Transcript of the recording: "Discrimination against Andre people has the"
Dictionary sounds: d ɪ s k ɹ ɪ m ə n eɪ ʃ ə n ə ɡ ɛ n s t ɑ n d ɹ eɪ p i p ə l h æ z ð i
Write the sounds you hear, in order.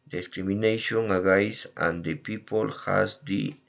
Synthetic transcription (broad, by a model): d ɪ s k ɹ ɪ m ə n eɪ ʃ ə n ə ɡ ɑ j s ɑ n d eɪ p i p ə l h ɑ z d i